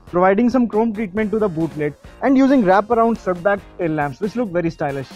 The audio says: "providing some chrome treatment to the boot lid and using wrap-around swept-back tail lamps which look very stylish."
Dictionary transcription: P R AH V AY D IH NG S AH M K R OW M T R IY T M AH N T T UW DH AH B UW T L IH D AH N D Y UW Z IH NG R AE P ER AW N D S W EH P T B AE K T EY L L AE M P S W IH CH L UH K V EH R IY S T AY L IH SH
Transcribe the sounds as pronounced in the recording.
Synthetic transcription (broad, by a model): P R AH V AY D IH NG S AH M K R OW M T R IY T M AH N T T UW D AH B UW T L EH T AH N D Y UW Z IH NG R AE P ER AW N D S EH T B AE K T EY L L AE M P S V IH CH L UH K V EH R IY S T AY L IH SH